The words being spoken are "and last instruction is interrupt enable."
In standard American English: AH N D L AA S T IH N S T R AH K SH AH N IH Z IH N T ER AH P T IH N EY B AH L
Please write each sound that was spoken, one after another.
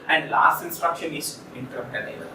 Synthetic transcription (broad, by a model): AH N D L AA S T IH N S T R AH K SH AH N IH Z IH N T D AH T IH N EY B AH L